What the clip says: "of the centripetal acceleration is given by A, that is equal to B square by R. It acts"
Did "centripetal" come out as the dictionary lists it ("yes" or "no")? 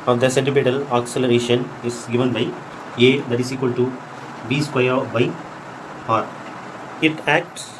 no